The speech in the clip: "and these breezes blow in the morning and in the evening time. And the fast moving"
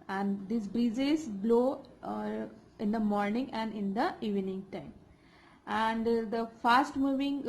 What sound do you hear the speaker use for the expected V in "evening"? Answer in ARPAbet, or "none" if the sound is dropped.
V